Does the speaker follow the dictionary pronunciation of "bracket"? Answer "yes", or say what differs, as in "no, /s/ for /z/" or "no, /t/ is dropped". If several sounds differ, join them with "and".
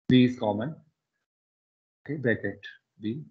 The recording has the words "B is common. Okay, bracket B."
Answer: no, /ɹ/ is dropped